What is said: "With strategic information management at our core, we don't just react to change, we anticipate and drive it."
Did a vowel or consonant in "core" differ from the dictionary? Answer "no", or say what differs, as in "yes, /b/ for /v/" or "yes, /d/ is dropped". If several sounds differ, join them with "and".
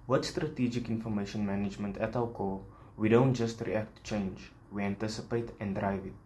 yes, /l/ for /ɹ/